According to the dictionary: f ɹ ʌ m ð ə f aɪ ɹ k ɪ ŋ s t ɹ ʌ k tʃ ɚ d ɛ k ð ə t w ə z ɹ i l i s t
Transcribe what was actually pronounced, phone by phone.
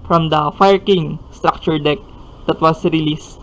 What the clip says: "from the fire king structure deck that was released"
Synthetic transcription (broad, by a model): f ɹ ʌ m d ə f aɪ ɹ k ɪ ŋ s t ɹ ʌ k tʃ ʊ d ɛ k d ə t w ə s ɹ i l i s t